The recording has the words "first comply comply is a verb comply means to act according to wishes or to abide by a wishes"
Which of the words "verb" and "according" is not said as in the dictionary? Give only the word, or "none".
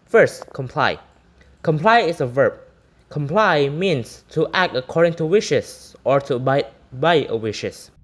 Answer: none